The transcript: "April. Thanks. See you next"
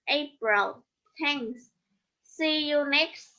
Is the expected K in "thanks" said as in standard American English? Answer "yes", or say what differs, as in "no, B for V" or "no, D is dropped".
no, K is dropped